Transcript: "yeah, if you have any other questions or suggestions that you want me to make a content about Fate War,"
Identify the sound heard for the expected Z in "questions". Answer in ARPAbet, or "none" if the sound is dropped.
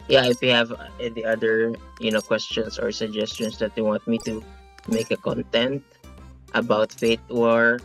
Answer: S